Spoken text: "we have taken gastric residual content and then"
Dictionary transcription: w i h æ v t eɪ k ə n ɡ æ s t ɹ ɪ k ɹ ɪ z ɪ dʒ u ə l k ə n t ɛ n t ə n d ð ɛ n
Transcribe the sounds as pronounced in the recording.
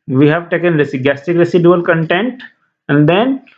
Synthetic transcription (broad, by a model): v i h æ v t eɪ k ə n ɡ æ s t ɪ k ɹ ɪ s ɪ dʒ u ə l k ə n t ɛ n t ə n d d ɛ n